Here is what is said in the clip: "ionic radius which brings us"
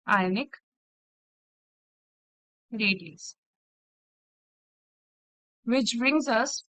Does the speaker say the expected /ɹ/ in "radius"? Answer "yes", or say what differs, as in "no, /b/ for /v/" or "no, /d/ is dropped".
no, /l/ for /ɹ/